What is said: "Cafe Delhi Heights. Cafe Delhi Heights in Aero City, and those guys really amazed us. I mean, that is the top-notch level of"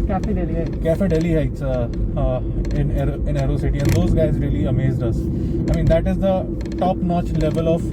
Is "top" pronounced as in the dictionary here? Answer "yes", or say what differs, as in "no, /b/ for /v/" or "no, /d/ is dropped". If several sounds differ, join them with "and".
yes